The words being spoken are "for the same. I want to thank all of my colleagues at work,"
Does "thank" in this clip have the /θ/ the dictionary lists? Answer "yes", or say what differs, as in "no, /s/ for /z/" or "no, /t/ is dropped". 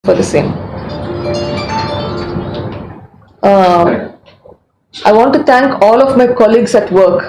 no, /t/ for /θ/